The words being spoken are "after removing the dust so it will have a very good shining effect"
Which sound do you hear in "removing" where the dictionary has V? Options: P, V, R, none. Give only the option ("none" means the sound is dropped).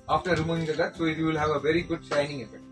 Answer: none